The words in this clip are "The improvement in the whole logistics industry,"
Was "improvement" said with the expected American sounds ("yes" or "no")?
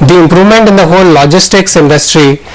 yes